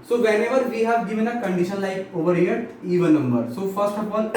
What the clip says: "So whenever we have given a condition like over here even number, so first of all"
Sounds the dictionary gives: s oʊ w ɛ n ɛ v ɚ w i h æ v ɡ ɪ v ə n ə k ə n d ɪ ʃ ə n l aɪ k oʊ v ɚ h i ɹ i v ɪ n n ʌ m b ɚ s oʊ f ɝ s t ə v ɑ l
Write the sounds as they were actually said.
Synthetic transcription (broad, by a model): s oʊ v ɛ n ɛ v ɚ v i h æ v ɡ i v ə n ə k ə n d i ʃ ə n l aɪ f oʊ v ɚ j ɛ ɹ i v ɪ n n ʌ m b ɚ s oʊ f ɝ s t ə p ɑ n